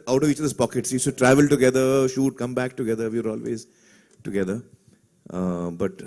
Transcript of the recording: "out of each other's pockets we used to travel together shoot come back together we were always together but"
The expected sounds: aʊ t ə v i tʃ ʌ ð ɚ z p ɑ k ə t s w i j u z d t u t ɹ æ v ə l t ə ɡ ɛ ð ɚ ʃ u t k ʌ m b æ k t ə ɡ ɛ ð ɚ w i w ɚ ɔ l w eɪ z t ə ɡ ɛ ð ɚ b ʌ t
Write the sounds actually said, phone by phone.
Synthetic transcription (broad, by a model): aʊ t ə v i tʃ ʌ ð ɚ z p ɑ k ə t s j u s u t ɹ æ v ə l t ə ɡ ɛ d ɚ ʃ u t k ʌ m b æ k t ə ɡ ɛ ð ɚ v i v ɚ ɔ l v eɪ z t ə ɡ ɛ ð ɚ b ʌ t